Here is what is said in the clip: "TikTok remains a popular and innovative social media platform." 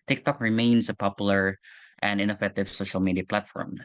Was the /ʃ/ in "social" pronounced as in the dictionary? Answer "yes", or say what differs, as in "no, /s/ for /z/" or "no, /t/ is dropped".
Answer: yes